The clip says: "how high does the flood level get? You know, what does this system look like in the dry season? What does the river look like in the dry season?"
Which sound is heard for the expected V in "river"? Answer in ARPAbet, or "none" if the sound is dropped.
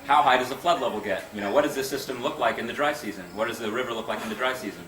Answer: V